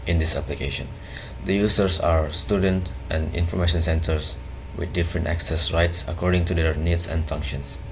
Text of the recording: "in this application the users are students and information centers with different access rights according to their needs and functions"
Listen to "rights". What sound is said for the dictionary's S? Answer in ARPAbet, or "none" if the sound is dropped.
S